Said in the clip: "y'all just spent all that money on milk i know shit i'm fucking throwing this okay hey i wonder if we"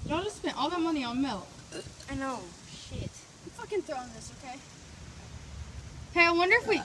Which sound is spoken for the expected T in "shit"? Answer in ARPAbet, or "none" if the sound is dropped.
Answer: T